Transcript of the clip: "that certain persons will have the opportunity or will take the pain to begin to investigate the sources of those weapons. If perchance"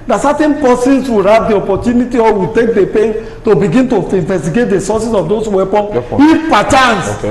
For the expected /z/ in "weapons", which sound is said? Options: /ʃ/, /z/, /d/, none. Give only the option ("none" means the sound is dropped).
none